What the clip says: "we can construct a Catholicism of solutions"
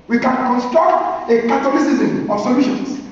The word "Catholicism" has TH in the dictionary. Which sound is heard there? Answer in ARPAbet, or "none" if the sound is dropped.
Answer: T